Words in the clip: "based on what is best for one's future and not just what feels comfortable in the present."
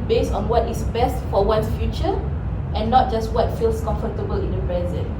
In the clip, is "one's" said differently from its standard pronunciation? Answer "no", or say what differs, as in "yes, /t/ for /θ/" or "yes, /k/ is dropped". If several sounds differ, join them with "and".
yes, /z/ is dropped